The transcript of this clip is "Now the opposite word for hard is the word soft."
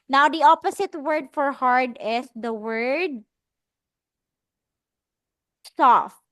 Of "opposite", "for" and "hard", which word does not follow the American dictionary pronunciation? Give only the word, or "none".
opposite